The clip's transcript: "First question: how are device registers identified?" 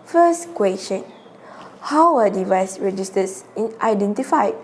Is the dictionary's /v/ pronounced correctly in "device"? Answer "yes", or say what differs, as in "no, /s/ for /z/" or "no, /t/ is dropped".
yes